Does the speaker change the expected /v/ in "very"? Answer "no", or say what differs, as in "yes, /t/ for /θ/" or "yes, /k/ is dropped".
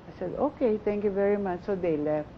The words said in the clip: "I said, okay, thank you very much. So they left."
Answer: no